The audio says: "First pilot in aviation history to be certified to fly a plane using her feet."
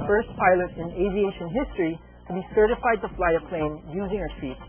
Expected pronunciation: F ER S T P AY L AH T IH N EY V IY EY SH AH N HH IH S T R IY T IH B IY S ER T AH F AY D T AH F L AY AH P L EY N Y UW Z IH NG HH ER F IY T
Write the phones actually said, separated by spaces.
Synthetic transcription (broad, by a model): F ER S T P AY L AH T IH N EY V IY EY SH AH N HH IH S T R IY T IH B IY S ER T AH F AY D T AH F L AY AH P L EY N Y UW Z IH NG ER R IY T